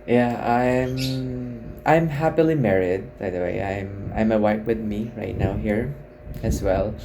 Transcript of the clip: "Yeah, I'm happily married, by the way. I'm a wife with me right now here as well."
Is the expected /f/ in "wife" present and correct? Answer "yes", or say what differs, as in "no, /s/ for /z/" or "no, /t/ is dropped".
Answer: no, /p/ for /f/